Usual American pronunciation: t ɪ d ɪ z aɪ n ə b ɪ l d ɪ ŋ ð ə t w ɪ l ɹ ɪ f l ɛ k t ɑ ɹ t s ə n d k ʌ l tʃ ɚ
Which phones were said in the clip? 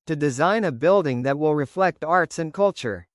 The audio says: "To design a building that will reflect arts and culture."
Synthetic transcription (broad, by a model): t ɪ d ɪ z aɪ n ə b ɪ l d ɪ ŋ ð ə t w ɪ l ɹ ɪ f l ɛ k t ɑ ɹ t s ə n k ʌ l tʃ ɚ